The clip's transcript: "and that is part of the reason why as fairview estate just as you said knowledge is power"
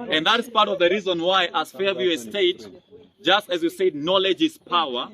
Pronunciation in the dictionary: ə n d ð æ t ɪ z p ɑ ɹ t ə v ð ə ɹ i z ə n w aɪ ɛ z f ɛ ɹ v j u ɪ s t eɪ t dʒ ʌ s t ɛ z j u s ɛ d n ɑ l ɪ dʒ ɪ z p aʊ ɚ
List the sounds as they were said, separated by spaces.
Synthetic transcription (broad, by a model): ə n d ð æ t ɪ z p ɑ ɹ t ə v ð ə ɹ i z ə n w aɪ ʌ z f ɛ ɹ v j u ɪ s t eɪ t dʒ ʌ s t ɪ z j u s ɛ d n ɑ l ɪ dʒ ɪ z p aʊ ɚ